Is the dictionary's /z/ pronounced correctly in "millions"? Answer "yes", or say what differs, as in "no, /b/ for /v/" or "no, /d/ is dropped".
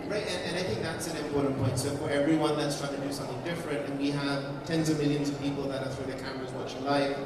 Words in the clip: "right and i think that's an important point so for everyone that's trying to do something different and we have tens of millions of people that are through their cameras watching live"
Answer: yes